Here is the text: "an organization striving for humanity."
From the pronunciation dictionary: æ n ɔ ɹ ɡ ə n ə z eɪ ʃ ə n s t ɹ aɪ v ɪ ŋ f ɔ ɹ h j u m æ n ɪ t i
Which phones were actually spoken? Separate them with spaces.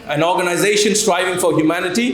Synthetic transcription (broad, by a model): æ n ɔ ɹ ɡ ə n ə z eɪ ʃ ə n s t ɹ aɪ v ɪ ŋ f ɔ ɹ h j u m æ n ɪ t i